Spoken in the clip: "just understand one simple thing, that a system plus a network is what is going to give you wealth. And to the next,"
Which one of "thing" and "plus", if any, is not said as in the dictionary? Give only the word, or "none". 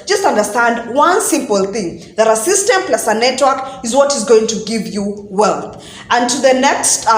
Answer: none